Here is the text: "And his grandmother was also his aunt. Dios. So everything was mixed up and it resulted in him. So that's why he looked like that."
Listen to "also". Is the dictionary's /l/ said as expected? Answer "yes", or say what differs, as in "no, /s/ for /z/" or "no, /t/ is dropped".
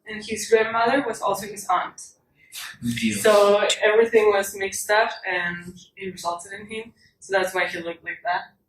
yes